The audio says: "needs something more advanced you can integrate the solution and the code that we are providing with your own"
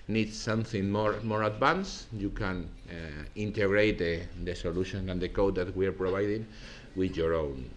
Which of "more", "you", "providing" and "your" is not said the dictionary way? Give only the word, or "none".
providing